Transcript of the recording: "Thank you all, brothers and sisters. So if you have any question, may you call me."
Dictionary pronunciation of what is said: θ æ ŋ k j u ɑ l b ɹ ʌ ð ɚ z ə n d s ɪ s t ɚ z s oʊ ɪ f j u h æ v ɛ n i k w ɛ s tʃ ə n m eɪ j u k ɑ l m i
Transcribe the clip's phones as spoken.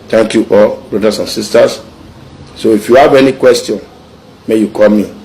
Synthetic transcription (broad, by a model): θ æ ŋ k j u ɑ l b ɹ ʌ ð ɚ s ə n s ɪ s t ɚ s s oʊ ɪ f j u h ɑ v ɛ n i k w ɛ s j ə n m eɪ j u k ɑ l m i